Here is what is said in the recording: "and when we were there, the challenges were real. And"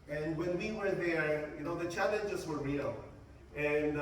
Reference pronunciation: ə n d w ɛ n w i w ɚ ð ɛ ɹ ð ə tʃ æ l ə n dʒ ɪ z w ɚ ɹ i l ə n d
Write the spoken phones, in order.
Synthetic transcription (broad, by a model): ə n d w ɛ n w i w ɚ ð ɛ ɹ ð ə tʃ æ l ə n dʒ ɪ z w ɚ ɹ i l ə n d